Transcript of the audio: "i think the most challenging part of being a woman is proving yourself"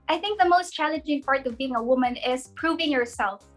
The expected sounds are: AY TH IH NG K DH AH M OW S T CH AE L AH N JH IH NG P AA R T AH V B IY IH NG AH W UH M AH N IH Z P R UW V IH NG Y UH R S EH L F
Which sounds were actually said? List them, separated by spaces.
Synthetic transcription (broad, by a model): AY TH IH NG K DH AH M OW S T CH AE L AH N JH IH NG P AA R T AH V B IY IH NG AH W UH M AH N IH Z P R UW V IH NG Y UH R S EH L F